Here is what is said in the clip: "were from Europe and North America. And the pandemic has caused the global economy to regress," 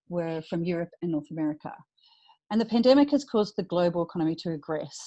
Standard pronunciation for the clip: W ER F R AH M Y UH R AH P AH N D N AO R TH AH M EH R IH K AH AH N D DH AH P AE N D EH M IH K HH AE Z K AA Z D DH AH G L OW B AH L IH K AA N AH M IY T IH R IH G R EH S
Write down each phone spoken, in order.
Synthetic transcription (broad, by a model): W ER F R AH M Y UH R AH P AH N N AO R TH AH M EH R IH K AH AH N DH AH P AE N D EH M IH K HH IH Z K AA Z DH AH G L OW B AH L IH K AA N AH M IY T IH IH G R EH S